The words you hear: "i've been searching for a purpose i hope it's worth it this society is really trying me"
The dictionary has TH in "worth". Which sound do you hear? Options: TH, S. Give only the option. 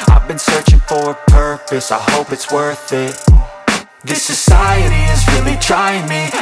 TH